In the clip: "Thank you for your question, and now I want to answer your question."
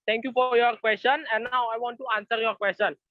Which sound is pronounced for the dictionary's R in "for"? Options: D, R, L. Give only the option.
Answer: R